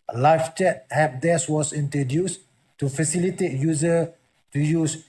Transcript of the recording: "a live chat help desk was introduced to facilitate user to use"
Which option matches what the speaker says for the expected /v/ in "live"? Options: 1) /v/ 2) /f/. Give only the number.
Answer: 2